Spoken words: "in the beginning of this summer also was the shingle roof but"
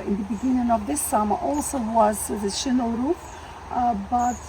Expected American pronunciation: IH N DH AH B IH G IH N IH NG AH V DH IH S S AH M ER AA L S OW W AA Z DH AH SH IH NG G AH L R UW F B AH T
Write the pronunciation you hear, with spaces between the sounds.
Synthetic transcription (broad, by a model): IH N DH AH B IH G IH N IH NG AH V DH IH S S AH M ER AA L S OW W AA Z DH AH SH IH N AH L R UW P B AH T